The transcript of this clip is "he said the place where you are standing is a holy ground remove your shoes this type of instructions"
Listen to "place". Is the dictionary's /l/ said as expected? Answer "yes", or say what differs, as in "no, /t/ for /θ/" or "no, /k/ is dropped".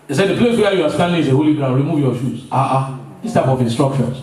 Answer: yes